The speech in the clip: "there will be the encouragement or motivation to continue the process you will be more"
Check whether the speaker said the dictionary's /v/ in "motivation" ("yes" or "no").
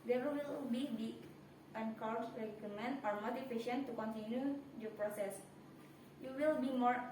no